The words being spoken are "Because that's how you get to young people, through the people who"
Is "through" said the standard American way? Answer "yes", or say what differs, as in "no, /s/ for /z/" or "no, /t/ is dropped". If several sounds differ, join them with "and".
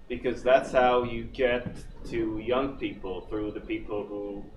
yes